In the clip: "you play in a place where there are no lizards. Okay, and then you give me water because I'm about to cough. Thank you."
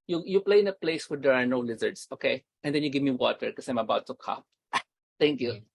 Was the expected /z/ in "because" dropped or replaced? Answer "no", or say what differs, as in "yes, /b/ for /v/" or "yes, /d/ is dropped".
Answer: yes, /z/ is dropped